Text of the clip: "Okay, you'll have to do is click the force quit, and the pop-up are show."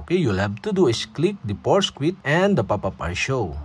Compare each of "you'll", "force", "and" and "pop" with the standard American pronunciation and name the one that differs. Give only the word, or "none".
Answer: force